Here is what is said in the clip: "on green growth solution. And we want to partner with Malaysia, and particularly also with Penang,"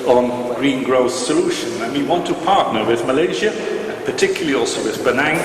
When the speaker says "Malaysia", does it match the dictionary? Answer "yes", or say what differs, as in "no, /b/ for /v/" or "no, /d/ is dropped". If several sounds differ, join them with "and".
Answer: yes